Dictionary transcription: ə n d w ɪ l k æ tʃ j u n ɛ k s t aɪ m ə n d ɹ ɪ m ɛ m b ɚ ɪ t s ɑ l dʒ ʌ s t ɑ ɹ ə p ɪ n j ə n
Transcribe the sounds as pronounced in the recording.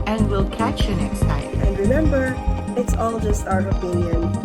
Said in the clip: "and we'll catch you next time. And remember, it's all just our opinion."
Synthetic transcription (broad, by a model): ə n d w ɪ l k æ tʃ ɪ n ɛ k s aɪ ə n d ɹ ɪ m ɛ m b ɚ ɪ t s ɑ l dʒ ʌ s t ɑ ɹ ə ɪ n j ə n